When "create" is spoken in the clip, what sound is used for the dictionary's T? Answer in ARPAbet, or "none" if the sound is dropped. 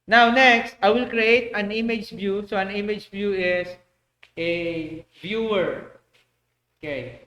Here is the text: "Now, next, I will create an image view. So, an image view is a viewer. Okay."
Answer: T